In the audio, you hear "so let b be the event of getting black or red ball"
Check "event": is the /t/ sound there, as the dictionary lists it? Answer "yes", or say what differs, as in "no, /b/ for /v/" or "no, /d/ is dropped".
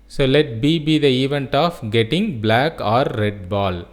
yes